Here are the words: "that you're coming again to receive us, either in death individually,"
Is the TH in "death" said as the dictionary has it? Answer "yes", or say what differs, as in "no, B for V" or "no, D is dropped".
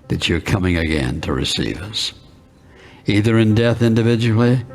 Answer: yes